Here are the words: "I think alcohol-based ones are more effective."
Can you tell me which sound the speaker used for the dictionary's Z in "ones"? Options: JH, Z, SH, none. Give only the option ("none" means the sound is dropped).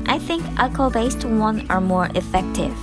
none